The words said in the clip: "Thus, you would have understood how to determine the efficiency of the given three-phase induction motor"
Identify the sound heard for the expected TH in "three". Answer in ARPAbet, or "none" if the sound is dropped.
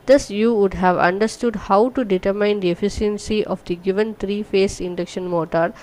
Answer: T